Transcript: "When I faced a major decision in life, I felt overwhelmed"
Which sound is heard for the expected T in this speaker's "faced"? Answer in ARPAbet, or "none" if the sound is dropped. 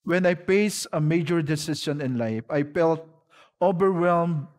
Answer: none